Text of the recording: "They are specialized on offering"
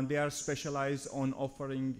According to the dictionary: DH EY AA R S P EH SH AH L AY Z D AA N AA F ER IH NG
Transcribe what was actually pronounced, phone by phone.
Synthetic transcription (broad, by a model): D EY AA R S P EH SH AH L AY Z D AA N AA F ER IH NG